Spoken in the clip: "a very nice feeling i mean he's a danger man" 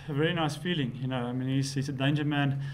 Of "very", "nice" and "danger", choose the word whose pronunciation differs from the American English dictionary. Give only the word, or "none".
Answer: none